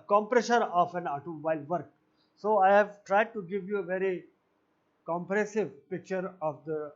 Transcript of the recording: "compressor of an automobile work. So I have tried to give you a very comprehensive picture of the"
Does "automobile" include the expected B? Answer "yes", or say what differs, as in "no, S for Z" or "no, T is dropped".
no, B is dropped